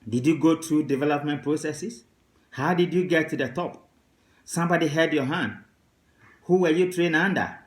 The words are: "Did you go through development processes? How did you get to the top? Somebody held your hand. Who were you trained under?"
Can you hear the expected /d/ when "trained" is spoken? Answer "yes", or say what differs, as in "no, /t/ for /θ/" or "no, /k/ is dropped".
no, /d/ is dropped